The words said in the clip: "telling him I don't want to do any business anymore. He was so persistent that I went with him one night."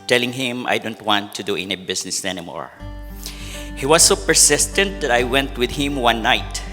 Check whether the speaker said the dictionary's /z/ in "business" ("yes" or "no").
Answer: no